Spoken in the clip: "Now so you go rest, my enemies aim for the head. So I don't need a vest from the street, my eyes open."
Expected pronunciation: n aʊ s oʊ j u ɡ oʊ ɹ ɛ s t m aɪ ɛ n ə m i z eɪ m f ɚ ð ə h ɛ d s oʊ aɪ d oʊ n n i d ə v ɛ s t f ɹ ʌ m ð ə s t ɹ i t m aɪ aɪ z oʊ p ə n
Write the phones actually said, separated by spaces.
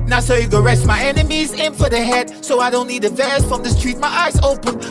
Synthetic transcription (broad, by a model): n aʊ s oʊ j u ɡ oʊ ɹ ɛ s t m aɪ ɛ n ə m i z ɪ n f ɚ ð ə h ɛ d s oʊ aɪ d oʊ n n i d ə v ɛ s f ɹ ʌ m ð ə s t ɹ i t m aɪ aɪ z oʊ p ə n